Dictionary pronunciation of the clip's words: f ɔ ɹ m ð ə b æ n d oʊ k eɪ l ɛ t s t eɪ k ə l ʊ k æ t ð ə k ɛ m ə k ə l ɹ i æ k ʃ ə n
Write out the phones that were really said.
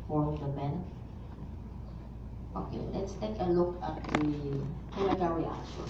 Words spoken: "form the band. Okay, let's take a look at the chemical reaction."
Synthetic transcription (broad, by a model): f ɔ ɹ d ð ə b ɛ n oʊ k eɪ l ɛ t s t eɪ k ə l ʊ k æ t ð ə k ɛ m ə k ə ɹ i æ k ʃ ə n